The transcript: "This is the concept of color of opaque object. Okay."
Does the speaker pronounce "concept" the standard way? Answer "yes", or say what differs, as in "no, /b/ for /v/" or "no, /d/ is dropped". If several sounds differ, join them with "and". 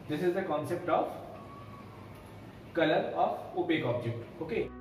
yes